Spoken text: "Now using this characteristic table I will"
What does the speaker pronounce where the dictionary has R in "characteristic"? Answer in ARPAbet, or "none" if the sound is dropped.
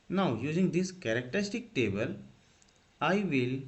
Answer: R